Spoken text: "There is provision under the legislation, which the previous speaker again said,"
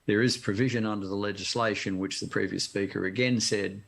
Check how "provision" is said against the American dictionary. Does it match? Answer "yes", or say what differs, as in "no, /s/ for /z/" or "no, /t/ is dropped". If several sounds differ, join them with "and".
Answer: yes